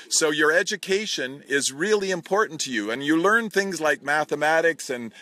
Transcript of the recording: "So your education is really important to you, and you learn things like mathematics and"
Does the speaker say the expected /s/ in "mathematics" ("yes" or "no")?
yes